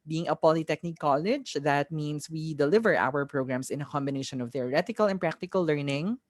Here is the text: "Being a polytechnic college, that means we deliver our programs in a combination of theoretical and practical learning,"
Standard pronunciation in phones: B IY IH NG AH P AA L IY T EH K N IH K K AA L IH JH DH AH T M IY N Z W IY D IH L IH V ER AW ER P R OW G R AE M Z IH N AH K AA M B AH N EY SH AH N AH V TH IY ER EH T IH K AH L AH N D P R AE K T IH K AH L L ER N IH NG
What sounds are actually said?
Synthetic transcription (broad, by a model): B IY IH NG AH P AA L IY T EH K N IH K K AA L IH JH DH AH T M IY N S W IY D IH L IH V ER AW ER P R OW G R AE M S IH N AH K AA M B AH N EY SH AH N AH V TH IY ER EH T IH K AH L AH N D P R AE K T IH K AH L L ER N IH NG